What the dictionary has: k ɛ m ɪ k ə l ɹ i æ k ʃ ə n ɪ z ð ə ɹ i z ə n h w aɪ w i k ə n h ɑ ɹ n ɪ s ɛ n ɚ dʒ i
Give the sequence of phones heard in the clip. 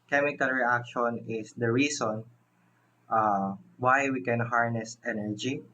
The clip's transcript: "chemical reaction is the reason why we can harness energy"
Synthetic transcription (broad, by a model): k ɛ m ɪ k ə l ɹ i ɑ k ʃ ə n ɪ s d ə ɹ i s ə n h w aɪ w i k ə n h ɑ ɹ n ɪ s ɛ n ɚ dʒ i